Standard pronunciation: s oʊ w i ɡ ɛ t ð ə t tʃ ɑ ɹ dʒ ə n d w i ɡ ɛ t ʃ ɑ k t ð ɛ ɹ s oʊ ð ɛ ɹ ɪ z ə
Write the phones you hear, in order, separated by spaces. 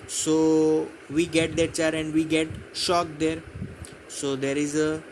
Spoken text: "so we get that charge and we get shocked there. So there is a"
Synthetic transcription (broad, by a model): s oʊ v i ɡ ɛ t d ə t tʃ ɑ ɹ ə n d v i ɡ ɛ t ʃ ɑ k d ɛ ɹ s oʊ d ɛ ɹ ɪ z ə